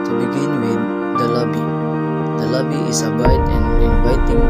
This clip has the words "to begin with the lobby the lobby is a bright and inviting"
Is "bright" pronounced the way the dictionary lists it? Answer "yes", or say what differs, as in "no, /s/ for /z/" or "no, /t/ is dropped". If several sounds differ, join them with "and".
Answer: no, /ɹ/ is dropped